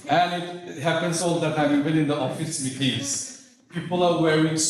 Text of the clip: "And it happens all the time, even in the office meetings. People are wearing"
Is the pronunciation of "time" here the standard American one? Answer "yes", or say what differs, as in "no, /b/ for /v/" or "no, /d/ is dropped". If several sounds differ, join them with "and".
no, /m/ is dropped